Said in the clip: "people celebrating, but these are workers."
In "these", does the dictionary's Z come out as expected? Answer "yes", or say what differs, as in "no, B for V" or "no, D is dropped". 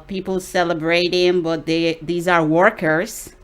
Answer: yes